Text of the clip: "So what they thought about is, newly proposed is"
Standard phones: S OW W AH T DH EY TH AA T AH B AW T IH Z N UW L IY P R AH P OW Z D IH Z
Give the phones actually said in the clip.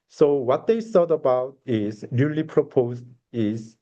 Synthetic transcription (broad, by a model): S OW W AH T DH EY S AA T AH B AW T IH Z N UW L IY P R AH P OW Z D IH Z